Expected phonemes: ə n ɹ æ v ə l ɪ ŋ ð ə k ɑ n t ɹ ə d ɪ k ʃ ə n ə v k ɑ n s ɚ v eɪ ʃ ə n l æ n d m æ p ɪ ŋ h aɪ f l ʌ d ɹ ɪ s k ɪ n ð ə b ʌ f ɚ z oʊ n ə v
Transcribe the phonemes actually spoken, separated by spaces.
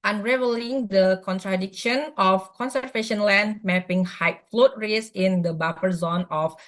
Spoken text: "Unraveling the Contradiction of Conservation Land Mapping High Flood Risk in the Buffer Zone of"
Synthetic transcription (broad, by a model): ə n ɹ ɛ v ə l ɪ ŋ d ə k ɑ n t ɹ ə d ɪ k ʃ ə n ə f k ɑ n s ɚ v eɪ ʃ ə n l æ n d m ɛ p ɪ ŋ h aɪ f l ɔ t ɹ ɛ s ɪ n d ə b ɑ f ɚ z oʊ n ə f